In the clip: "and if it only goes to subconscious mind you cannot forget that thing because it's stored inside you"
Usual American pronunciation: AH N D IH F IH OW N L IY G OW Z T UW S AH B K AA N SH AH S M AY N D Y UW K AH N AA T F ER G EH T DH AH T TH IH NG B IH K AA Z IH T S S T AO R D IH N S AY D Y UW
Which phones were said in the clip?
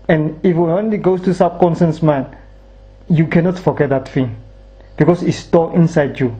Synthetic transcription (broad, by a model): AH N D IH F OW N L IY G OW S T UW S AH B K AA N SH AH S M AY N Y UW K AH N AA T F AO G EH T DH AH T F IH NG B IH K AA S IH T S S T AO IH N S AY D Y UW